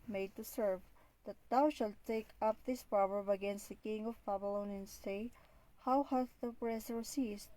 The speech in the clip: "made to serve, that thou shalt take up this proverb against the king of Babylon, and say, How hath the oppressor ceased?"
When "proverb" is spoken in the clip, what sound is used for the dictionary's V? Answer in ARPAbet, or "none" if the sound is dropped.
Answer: V